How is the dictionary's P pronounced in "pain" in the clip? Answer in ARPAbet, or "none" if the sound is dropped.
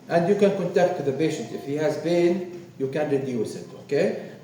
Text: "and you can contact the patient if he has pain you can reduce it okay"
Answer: B